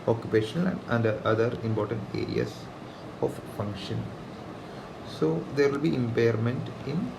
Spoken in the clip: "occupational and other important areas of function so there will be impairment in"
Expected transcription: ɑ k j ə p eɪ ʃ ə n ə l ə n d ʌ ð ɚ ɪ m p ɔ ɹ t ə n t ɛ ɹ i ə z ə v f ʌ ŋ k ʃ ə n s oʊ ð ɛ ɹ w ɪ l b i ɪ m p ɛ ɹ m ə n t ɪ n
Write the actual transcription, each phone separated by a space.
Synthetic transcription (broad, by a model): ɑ k j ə p eɪ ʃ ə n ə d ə n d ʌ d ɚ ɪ m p ɔ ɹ t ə n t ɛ ɹ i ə s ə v f ʌ ŋ k ʃ ə n s oʊ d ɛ ɹ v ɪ l b i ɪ m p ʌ ɹ m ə n t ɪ n